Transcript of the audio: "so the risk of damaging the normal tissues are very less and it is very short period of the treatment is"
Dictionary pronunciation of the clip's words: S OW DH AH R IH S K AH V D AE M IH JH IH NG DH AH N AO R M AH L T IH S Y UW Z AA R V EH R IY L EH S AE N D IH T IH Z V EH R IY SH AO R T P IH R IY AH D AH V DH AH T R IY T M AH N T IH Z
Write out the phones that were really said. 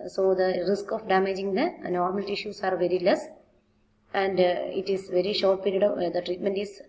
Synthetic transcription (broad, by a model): S OW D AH R IH S K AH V D AE M IH JH IH NG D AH N AO R M AH L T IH SH Y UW S AA R V EH R IY L EH S AE N D IH T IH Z V EH R IY SH AO R T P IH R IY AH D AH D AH T R IY T M AH N T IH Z